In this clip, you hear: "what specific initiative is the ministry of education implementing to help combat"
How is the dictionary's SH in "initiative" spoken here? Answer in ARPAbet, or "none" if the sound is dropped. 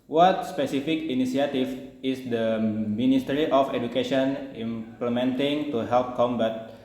S